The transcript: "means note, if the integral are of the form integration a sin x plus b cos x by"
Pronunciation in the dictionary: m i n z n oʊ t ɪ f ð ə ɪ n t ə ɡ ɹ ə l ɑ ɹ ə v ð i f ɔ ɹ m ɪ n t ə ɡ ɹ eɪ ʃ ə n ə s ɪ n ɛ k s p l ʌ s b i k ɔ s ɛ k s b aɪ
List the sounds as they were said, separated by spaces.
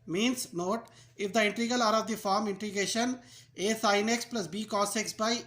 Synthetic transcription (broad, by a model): m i n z n oʊ t ɪ f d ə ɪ n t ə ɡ ə l ɑ ɹ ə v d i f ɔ ɹ m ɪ n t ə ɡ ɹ eɪ ʃ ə n ə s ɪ n ɛ k s p l ʌ s b i k ɔ s ɛ k s b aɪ